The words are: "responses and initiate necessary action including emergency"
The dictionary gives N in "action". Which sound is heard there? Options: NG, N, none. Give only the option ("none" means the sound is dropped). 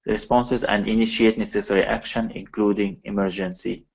N